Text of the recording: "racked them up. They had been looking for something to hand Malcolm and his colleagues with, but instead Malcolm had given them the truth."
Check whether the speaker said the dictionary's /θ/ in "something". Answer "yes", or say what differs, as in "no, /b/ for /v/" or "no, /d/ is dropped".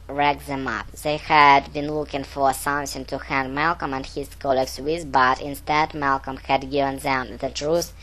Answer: no, /s/ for /θ/